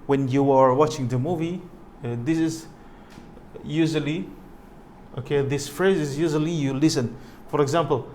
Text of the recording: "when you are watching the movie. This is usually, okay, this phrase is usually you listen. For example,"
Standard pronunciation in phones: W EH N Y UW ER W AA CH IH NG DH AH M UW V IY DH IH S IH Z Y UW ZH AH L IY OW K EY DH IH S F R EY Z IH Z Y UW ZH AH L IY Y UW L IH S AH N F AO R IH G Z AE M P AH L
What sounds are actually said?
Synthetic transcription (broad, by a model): W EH N Y UW ER W AA CH IH NG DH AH M UW V IY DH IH S IH Z Y UW ZH AH L IY OW K EY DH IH S F R EY Z IH Z Y UW ZH AH L IY Y UW L IH S AH N F AO R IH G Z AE M P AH L